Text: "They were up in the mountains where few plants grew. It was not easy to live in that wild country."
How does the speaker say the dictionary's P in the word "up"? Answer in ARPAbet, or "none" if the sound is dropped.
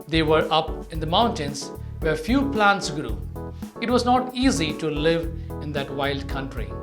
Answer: P